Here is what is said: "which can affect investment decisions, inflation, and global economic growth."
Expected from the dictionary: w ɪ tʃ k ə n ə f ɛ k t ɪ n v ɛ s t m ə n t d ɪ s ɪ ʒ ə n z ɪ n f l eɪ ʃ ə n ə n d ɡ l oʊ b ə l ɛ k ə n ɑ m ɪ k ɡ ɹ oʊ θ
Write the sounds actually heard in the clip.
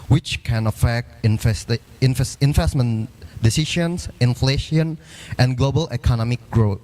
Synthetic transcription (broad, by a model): w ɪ tʃ k ə n ə f ɛ k t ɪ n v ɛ s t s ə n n d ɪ s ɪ ʃ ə n s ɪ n f l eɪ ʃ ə n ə n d ɡ l oʊ b ə l ɛ k ə n ɑ m ɪ k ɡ ɹ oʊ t